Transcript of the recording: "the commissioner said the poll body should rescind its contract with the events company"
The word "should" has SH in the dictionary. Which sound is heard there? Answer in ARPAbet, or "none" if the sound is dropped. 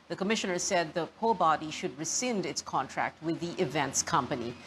SH